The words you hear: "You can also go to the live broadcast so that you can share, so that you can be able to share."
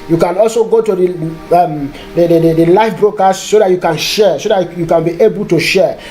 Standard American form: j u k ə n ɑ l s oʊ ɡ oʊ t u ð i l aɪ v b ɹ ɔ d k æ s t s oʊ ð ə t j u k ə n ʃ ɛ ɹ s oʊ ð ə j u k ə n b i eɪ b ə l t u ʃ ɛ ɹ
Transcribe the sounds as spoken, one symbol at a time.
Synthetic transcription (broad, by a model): j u k ə n ɑ l s oʊ ɡ oʊ t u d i l aɪ f b ɹ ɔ k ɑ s s oʊ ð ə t j u k ə n ʃ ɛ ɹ s oʊ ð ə j u k ə n b i eɪ b ə l t u ʃ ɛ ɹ